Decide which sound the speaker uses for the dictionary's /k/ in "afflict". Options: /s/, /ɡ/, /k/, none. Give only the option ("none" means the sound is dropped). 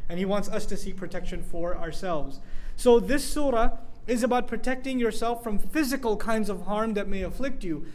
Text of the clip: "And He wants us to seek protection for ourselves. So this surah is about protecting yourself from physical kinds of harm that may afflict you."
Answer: /k/